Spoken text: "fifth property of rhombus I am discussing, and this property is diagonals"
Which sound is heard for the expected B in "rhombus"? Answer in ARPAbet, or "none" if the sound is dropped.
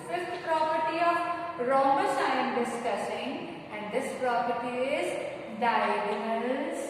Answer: none